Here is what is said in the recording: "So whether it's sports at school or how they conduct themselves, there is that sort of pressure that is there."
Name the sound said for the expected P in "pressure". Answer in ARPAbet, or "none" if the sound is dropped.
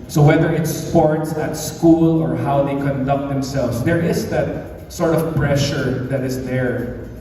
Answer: P